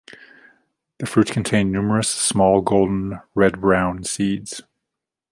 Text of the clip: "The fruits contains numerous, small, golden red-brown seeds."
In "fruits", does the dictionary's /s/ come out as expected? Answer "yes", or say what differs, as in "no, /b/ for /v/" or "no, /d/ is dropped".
no, /s/ is dropped